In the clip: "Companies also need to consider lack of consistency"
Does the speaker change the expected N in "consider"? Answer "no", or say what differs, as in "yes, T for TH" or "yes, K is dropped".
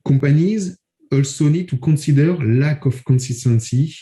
yes, N is dropped